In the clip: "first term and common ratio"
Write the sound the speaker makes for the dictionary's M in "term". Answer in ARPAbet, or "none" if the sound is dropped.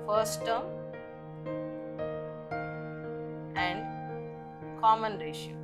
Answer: none